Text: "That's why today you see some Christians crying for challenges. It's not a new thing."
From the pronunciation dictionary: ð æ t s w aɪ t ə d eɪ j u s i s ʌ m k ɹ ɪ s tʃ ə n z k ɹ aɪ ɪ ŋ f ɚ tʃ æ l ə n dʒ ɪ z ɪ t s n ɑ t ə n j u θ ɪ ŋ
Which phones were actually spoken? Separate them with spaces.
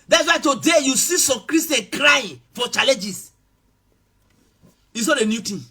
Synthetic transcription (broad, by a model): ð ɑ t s w aɪ t ə d eɪ j u s i s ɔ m k ɹ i s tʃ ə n k ɹ aɪ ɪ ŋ f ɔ tʃ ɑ l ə n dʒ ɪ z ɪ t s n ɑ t ə n j u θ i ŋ